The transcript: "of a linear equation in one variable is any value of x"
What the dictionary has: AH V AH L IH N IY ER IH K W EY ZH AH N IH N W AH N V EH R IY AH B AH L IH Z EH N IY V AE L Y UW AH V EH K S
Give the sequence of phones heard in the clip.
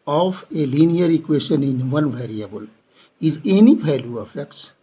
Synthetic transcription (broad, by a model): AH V AH L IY N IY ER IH K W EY SH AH N IH N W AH N V EH R IY AH B AH L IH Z EH N IY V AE L Y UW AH F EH K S